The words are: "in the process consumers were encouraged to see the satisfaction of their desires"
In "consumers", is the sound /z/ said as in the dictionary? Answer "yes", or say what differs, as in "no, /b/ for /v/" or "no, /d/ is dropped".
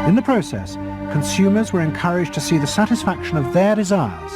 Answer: yes